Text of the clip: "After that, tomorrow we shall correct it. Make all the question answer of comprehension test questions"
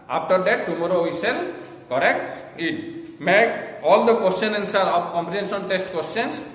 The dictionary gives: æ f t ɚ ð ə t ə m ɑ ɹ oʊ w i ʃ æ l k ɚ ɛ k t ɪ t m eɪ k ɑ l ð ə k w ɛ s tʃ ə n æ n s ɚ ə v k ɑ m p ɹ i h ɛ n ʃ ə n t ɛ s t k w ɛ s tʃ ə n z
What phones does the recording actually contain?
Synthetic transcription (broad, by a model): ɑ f t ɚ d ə t ə m ɑ ɹ oʊ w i s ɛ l k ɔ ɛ k t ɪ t m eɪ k ɑ l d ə k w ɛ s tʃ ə n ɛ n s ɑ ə p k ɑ m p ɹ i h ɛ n s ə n t ɛ s t k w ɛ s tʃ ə n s